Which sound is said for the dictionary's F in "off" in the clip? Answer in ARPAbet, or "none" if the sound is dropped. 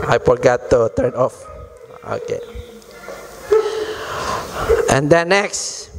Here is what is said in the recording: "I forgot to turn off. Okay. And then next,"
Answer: F